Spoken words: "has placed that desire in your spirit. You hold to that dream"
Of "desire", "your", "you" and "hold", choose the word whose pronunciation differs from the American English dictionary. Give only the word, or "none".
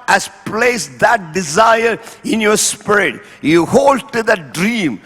none